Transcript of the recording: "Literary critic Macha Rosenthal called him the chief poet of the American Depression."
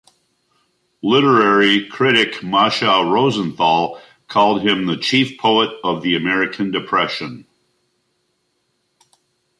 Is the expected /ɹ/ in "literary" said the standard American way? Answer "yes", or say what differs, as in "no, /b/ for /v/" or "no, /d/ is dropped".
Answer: yes